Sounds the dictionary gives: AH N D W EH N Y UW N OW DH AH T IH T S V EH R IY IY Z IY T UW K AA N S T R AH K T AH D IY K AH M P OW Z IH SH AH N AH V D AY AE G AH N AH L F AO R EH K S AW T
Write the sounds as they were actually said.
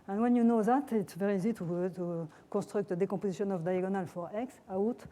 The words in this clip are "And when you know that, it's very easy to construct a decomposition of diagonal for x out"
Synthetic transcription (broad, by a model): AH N W EH N Y UW N OW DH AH T IH T S V EH R IY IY Z IY T UW K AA S T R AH K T AH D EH K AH P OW Z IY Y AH N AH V D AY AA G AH N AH L F AO R EH K S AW T